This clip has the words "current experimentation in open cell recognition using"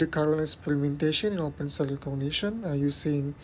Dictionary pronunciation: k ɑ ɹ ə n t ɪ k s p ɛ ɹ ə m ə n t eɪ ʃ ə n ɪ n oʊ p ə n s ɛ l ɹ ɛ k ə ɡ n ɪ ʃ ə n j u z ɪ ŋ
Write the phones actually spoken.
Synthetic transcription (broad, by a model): k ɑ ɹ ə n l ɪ s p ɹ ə m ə n t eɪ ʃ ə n ɪ n oʊ p ə n s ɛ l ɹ k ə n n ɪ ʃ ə n j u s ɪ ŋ